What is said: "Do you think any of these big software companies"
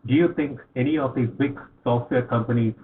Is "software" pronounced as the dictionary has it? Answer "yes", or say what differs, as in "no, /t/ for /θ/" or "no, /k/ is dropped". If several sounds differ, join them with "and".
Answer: yes